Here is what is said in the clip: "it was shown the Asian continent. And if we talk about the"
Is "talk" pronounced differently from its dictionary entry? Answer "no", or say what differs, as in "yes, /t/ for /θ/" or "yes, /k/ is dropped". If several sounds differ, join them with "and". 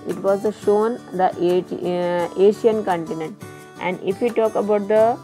no